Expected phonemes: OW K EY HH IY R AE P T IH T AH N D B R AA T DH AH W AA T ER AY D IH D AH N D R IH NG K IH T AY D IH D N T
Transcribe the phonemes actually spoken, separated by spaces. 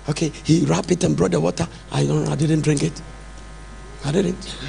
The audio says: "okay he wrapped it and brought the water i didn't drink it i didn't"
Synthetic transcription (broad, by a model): OW K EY HH IY R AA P IH T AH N B R AA T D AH W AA T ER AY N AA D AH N D R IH NG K IH T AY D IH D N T